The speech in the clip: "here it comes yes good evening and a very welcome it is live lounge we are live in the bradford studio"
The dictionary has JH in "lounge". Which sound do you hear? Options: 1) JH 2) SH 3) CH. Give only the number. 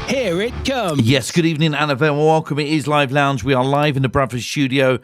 1